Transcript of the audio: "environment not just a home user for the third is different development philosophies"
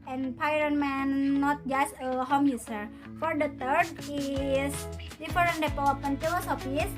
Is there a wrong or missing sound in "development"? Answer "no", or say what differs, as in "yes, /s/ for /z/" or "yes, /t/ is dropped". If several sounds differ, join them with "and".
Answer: yes, /p/ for /v/